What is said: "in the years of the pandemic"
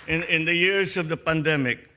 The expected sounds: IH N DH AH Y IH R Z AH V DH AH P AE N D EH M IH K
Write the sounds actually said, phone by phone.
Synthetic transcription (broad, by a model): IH N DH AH Y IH R S AH V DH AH P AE N D EH M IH K